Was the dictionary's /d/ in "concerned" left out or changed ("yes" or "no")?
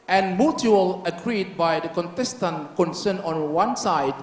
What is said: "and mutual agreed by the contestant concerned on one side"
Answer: yes